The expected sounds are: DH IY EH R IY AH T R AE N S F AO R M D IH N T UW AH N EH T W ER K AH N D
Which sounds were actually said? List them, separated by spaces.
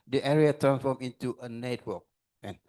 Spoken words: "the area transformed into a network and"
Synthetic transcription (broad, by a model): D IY EH R IY AH T R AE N S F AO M IH N T UW AH N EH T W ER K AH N